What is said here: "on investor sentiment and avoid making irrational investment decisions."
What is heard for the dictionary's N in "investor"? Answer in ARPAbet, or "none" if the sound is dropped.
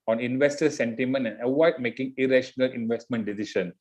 N